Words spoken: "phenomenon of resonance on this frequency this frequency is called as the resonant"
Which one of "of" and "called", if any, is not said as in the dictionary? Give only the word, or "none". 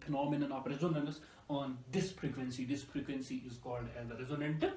of